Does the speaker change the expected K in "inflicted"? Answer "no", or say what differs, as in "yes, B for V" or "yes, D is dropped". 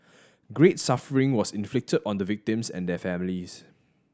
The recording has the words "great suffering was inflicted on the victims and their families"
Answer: no